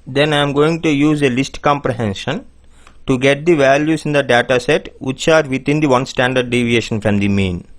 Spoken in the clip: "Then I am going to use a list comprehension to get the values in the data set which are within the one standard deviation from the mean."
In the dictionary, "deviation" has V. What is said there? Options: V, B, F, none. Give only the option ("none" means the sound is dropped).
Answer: V